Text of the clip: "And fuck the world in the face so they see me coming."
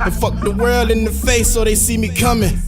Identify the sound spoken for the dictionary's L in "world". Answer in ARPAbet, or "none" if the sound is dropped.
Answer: L